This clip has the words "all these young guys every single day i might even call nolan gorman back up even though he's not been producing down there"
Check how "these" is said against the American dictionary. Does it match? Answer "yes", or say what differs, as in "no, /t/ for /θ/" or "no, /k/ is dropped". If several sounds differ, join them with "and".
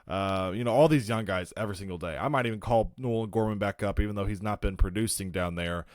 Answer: yes